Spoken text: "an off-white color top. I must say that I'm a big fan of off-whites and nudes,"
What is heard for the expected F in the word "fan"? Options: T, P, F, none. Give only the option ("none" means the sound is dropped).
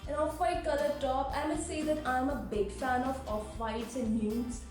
F